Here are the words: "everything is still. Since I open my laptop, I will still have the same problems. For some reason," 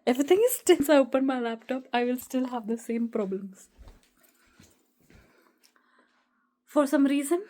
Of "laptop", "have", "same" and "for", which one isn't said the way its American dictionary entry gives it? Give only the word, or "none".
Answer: none